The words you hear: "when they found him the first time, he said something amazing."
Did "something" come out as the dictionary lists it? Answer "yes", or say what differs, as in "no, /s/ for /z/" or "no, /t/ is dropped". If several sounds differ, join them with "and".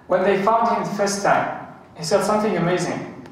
yes